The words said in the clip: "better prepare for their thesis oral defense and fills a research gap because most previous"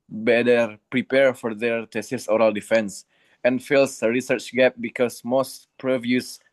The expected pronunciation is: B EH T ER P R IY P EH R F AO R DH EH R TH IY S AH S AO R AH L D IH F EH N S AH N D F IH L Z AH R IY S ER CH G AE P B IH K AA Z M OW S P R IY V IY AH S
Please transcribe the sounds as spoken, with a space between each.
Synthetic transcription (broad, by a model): B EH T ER P R IY P EH R F AO R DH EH R T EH S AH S AO R AH L D IH F EH N S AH N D F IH L S AH R IY S ER CH G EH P B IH K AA S M OW S P R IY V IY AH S